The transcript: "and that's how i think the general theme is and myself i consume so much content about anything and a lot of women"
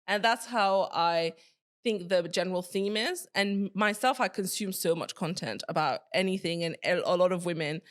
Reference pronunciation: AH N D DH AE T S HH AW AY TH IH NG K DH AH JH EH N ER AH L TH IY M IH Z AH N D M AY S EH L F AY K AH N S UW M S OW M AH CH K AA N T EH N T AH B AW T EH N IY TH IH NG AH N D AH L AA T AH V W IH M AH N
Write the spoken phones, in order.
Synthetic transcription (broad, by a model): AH N DH AE T S HH AW AY TH IH NG K DH AH JH EH N ER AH L TH IY M IH Z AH N M AY S EH L F AY K AH N S UW M S OW M AH CH K AA N T EH N T AH B AW T EH N IY TH IH NG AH N AH L AA T AH V W IH M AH N